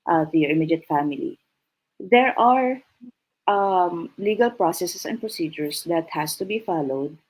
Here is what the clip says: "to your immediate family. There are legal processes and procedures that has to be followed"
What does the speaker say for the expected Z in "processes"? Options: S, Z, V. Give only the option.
S